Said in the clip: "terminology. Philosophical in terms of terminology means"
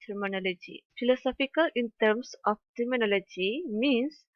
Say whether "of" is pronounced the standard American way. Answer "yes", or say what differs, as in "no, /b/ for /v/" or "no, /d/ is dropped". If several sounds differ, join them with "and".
no, /p/ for /v/